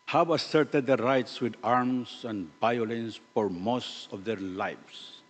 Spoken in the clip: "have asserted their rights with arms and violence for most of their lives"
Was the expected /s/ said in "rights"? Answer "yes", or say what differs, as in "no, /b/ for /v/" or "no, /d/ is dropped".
yes